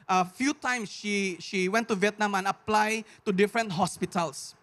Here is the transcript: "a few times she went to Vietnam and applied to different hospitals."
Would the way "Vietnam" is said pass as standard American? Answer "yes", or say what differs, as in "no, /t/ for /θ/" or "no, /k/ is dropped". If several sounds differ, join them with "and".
yes